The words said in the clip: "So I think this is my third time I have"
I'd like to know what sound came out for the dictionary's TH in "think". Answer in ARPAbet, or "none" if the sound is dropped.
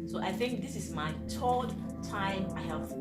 TH